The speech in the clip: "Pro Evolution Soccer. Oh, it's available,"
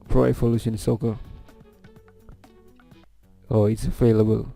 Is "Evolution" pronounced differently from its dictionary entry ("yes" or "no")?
yes